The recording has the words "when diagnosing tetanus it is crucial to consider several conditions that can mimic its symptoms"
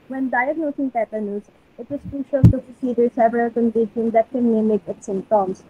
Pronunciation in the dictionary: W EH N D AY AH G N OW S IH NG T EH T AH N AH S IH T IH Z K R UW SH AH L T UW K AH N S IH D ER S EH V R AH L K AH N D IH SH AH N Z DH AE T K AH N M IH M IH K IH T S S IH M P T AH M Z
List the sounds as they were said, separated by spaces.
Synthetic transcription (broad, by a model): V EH N D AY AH G N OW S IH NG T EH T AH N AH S IH T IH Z K R UW SH AH L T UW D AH S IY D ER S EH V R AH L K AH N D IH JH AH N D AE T K AH N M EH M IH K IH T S S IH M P T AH M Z